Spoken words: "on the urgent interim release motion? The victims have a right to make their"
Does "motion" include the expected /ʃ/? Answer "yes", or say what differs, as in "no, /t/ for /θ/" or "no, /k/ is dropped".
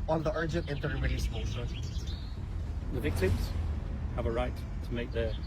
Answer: no, /s/ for /ʃ/